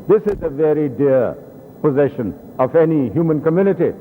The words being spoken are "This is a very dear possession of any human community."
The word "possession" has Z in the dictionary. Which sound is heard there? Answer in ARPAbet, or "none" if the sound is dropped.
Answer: Z